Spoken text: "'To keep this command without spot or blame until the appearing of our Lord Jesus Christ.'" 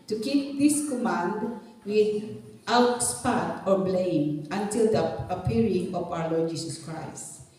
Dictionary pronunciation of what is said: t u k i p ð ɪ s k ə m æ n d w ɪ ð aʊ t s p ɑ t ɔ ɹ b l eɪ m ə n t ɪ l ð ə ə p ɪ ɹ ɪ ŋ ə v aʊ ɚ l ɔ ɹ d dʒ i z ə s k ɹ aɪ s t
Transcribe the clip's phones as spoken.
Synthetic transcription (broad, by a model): t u k i p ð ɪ s k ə m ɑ n d w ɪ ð aʊ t s p ɑ t ɔ ɹ b l eɪ m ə n t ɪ l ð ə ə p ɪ ɹ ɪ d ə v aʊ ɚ l ɔ ɹ d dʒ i s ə s k ɹ aɪ s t